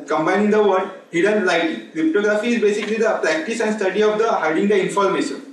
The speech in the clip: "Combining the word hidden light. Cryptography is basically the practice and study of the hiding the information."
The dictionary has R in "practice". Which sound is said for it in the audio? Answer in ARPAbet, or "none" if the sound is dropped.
R